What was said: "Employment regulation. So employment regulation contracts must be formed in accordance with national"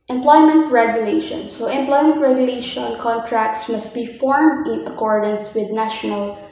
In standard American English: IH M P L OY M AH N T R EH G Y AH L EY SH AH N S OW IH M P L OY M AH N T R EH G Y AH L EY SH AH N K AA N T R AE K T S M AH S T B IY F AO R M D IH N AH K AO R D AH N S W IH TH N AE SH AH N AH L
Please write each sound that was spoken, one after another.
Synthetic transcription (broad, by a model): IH M P L OY M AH N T R EH G Y AH L EY SH AH N S OW IH M P L OY M AH N T R EH G Y AH L EY SH AH N K AA N T R AE K T S M AH S T B IY F AO R M D IH N AH K AO R D AH N S W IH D N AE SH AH N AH L